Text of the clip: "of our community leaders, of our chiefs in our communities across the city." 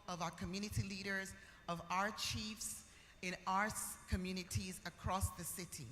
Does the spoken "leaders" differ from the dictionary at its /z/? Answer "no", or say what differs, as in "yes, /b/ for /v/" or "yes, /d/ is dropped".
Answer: no